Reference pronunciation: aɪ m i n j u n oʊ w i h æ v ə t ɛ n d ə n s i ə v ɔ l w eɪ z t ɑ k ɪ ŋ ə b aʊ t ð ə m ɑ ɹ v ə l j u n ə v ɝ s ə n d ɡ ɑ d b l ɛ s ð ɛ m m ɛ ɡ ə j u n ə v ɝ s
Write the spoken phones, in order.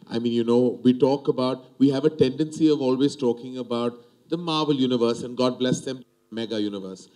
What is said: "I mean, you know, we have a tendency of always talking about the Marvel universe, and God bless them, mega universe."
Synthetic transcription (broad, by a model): aɪ m i n j u n oʊ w i h æ v ə t ɛ n d ə n s i ə v ɔ l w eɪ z t ɑ k ɪ ŋ ə b aʊ t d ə m ɑ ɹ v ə l j u n ə v ɝ s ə n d ɡ ɑ d b l ɛ s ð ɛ m m ɛ ɡ ə j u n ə v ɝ s